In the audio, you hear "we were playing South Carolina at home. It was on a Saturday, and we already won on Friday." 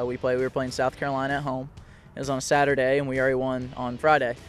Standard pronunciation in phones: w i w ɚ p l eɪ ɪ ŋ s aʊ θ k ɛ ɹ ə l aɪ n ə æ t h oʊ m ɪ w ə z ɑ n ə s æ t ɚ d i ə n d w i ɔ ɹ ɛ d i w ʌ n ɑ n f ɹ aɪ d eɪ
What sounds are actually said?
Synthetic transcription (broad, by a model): w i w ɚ p l eɪ ɪ ŋ s aʊ θ k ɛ ɹ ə l aɪ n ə t h oʊ ɪ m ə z n ə s æ t ɚ d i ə n w i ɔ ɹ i w ʌ n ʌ n f ɹ aɪ d eɪ